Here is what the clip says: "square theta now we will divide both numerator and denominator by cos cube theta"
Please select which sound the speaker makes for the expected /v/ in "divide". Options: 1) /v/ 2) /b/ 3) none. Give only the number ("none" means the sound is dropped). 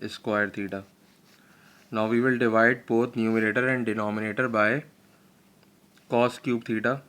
1